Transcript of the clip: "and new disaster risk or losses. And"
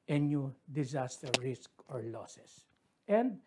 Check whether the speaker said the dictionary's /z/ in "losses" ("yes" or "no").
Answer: no